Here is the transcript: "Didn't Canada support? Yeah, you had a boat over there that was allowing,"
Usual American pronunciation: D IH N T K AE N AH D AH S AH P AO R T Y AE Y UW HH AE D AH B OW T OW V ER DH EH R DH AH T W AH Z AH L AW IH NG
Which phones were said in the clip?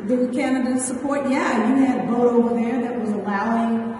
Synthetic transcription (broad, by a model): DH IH K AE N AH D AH S AH P AO R T Y AE Y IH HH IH D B OW T OW V ER DH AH R DH AH T W AH Z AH L AW IH NG